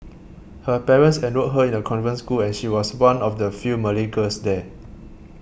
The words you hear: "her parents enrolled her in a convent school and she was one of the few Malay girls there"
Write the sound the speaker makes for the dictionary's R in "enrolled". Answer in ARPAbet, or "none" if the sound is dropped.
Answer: none